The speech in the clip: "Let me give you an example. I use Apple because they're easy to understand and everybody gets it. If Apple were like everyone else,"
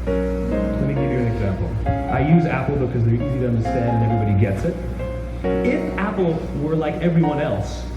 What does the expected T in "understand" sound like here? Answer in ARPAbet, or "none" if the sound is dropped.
T